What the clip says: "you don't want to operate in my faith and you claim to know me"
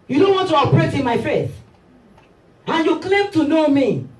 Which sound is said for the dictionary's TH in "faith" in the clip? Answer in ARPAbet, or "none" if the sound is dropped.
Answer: S